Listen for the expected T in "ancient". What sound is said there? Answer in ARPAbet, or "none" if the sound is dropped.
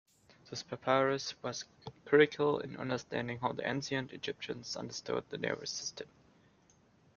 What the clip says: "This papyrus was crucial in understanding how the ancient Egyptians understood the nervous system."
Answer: none